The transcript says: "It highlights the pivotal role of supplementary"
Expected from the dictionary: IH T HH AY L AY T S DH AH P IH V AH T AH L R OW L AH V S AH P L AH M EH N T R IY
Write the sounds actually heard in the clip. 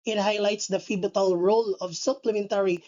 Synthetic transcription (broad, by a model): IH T HH AY L AY T S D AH F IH B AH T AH L R OW L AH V S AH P L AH M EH N T R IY